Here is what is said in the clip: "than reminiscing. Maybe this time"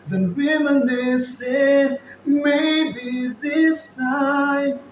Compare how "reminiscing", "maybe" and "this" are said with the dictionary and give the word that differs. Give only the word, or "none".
reminiscing